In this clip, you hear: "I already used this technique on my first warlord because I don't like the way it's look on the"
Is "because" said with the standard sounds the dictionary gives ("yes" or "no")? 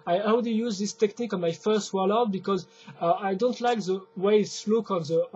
yes